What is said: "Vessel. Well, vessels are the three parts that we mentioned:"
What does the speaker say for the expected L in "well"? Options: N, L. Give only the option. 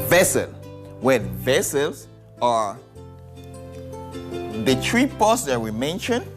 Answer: N